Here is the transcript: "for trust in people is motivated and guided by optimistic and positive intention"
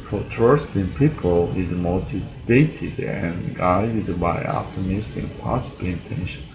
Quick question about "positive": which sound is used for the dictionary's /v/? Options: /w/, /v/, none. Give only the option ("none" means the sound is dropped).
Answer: none